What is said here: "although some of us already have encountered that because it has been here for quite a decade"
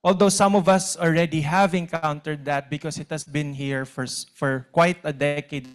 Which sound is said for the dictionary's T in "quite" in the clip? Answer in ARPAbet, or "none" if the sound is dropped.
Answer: T